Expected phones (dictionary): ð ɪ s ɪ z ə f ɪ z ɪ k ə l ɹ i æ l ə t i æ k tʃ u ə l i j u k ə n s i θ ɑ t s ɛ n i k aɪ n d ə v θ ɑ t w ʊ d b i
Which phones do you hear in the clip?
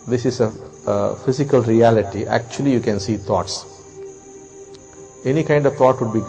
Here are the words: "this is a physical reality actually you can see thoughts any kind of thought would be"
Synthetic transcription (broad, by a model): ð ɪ s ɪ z ə f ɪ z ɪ k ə l ɹ i æ l ə t i æ k tʃ u ə l i j u k ə n s i t ɑ t s ɛ n i k aɪ n d ə v t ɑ t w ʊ d b i